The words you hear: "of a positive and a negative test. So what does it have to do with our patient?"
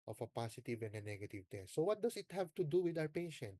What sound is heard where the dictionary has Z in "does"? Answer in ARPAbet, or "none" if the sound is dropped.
S